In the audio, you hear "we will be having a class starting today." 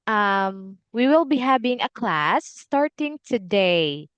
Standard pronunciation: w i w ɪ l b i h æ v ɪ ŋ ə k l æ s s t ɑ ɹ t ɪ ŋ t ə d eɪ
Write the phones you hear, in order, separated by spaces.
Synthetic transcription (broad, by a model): w i w ɪ l b i h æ b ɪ ŋ ə k l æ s s t ɑ ɹ t ɪ ŋ t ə d eɪ